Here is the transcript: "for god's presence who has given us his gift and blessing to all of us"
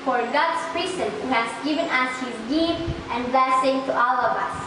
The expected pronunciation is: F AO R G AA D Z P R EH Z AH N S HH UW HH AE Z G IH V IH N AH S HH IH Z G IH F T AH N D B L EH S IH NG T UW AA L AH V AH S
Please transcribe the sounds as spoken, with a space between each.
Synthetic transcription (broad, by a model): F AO R G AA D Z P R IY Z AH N HH UW HH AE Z G IH V IH N AH S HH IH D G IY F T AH N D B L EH S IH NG T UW AA L AH V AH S